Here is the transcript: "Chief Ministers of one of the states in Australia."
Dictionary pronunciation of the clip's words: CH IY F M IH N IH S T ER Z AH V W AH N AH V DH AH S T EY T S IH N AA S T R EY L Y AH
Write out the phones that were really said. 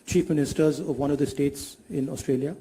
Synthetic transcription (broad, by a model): CH IY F M IH N IH S T ER Z AH V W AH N AH V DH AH S T EY T S IH N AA S T R EY L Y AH